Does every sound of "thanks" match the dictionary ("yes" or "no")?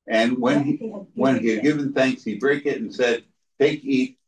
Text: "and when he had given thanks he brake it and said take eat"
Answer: yes